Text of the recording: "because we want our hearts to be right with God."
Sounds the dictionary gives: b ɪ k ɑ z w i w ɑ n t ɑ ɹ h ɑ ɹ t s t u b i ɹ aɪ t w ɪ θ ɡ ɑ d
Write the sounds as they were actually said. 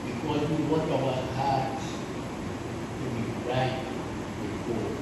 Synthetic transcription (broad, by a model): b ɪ k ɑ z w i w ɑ t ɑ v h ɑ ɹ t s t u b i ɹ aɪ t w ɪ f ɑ